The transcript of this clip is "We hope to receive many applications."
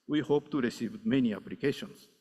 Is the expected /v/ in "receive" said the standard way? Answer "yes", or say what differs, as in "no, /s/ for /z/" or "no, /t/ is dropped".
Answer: yes